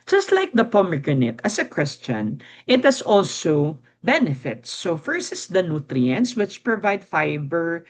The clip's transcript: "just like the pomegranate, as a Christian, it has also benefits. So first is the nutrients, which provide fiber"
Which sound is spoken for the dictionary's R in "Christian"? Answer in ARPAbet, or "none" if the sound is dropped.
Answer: W